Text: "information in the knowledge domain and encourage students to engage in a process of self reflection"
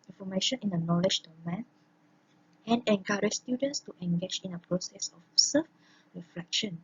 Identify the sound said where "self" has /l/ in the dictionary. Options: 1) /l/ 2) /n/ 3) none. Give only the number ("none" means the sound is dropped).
3